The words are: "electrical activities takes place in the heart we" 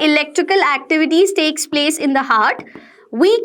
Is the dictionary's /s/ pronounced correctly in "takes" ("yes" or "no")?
yes